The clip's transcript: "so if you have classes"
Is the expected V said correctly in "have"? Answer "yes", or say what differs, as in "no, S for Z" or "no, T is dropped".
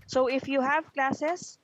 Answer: yes